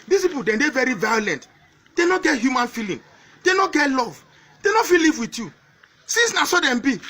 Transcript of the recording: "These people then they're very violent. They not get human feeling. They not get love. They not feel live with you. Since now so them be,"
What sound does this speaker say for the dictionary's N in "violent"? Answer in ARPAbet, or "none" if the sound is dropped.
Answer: N